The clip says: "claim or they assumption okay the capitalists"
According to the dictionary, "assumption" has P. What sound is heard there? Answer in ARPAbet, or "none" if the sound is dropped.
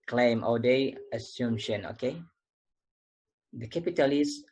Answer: none